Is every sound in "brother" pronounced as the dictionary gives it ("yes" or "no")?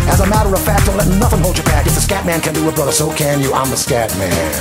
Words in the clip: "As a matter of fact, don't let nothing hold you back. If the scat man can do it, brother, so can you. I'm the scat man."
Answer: yes